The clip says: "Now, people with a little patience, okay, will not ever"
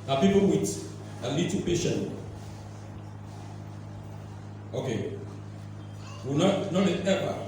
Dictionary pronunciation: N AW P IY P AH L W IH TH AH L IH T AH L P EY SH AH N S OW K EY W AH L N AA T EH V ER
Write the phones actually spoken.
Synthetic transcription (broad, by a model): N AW P IY P AH L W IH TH AH L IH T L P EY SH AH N OW K EY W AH N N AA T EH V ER